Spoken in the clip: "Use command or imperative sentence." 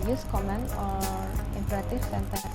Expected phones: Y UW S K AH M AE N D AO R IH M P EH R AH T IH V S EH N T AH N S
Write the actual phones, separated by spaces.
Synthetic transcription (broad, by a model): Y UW S K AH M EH N AO R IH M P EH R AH T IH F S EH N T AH